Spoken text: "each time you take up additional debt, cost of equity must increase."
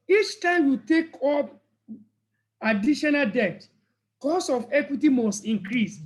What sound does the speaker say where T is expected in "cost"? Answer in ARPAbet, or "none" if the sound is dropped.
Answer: none